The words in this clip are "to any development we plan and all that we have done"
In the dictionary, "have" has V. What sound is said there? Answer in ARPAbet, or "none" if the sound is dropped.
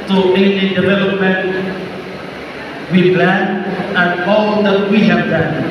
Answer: P